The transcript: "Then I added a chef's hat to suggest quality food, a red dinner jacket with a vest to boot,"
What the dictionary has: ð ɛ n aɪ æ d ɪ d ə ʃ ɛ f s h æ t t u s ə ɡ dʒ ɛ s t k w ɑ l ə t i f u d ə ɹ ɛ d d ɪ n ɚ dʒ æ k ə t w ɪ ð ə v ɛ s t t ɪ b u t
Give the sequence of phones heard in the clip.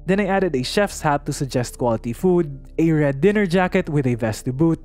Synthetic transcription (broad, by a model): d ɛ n aɪ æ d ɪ d ə ʃ ɛ f s h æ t t u s ə ɡ dʒ ɛ s t k w ɑ l ə t i f u d ə ɹ ɛ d d ɪ n ɚ dʒ æ k ə t w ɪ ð ə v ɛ s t t ɪ b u t